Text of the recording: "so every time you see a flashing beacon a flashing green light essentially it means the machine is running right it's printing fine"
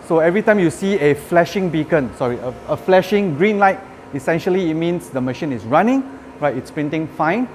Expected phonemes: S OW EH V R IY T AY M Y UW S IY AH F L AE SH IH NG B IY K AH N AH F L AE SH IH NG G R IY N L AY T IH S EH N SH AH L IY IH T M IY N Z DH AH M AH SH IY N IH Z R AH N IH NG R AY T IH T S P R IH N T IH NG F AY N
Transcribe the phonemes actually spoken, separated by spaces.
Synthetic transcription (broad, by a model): S OW EH V R IY T AY M Y UW S IY AH F L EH SH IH NG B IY K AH N AH F L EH SH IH NG G R IY N L AY T IH S EH N SH AH L IY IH T M IY N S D AH M AH SH IY N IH S R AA N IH NG R AY T IH T S P R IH N T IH NG F AY N